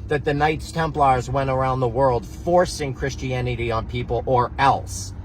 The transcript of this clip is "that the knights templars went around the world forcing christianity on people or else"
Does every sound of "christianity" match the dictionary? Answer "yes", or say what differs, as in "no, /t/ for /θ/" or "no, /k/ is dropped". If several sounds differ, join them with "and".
yes